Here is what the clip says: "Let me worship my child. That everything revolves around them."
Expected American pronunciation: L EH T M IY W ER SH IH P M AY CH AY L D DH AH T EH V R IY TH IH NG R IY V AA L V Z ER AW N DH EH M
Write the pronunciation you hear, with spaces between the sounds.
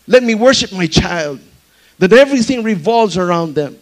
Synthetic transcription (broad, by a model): L EH T M IY W ER SH IH P M AY CH AY L D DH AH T EH V R IY TH IH NG R IY V AA L V Z ER AW N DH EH M